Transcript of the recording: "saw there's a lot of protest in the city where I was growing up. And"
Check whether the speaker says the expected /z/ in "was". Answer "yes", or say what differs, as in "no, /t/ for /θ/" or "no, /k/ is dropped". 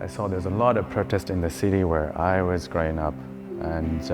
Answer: yes